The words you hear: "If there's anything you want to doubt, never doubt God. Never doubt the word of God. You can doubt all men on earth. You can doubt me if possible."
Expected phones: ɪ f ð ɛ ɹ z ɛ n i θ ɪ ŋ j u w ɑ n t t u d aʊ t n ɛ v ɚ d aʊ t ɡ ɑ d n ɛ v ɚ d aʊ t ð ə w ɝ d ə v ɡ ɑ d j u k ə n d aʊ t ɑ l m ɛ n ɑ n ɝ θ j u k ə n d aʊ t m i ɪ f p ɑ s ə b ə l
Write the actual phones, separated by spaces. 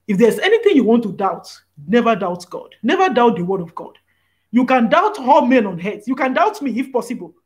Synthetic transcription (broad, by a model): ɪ f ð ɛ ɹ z ɛ n i θ ɪ ŋ j u w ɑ n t t u d aʊ t n ɛ v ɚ d aʊ t ɡ ɑ d n ɛ v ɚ d aʊ t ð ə w ɝ d ə v ɡ ɑ d j u k ə n d aʊ t ɑ l m ɛ n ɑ n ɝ s j u k ə n d aʊ t m i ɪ f p ɑ s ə b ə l